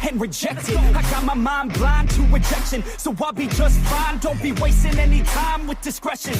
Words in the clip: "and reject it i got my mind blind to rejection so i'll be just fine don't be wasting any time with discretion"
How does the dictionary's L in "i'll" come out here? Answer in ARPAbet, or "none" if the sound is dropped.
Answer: W